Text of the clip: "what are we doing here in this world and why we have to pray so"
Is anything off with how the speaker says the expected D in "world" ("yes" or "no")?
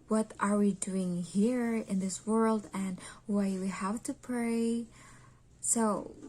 no